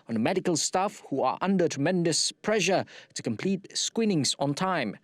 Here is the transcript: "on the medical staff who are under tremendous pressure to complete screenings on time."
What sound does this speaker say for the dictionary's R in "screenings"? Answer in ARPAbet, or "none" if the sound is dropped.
W